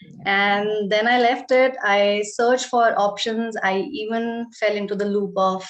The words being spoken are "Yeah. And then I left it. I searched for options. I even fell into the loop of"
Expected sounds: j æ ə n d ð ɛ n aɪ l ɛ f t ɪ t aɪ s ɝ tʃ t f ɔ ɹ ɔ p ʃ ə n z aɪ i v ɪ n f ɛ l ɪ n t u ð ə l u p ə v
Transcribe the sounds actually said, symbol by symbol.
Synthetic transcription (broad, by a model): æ ə n d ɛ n aɪ l ɛ f t ɪ t aɪ s ɝ tʃ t f ɔ ɹ ɔ p ʃ ə n z aɪ i v ɪ n f ɛ l ɪ n t u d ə l u p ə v